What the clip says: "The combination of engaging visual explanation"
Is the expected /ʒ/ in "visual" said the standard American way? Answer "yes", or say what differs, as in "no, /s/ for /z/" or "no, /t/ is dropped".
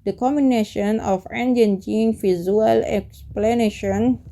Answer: no, /z/ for /ʒ/